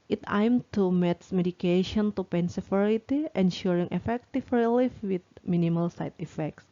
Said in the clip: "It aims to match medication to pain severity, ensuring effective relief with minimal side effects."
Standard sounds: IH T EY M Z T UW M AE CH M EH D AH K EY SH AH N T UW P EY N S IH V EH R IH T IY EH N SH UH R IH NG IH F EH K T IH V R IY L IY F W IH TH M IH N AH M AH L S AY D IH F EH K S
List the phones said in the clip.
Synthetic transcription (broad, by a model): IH T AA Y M T UW M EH S M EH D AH K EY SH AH N T UW P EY N S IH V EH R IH T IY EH N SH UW R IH NG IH F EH K T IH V R IY L IY F W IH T M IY N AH M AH L S AY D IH F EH K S